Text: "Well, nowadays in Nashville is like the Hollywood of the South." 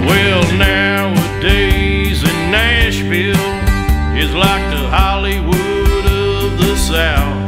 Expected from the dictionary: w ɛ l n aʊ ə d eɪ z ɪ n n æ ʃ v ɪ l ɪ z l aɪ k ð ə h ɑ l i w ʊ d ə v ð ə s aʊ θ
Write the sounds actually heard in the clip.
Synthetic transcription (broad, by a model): w ɛ l n aʊ ə d eɪ z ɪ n n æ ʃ f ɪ l ɪ z l aɪ k ð ə h ɑ l i w ʊ d ə v ð ə s aʊ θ